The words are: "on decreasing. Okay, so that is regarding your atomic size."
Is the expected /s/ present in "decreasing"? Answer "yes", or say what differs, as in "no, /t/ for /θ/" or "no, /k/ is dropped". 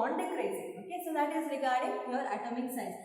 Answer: no, /s/ is dropped